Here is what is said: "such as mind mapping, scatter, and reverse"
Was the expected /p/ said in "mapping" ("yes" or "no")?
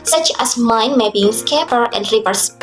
no